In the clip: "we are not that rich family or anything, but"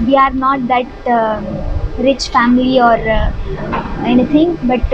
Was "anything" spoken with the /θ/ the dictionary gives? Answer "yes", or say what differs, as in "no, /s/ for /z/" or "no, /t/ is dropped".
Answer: no, /t/ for /θ/